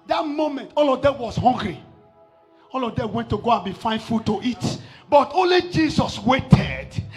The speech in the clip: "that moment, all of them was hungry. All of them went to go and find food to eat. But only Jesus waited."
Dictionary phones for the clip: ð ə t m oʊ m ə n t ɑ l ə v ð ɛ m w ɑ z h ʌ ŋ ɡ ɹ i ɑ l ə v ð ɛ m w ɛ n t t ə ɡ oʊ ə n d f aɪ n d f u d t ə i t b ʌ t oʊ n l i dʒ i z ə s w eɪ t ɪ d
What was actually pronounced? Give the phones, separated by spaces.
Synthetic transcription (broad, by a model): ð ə t m oʊ m ə n t ɑ l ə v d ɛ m w ɑ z h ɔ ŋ ɡ ɹ i ɑ l ə v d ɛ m w ɛ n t t ə ɡ oʊ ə n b f aɪ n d f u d t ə i t b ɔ t oʊ n l i dʒ i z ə s w eɪ t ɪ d